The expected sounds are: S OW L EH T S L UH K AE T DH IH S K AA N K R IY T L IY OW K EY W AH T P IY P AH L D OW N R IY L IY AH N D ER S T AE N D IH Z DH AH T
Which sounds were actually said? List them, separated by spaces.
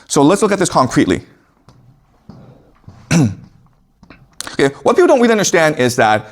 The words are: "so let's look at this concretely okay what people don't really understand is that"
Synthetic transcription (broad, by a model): S OW L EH T S L UH K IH T DH IH S K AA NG K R IY T L IY OW K EY W AH T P IY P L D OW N W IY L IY AH N D ER S T AE N D IH Z DH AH T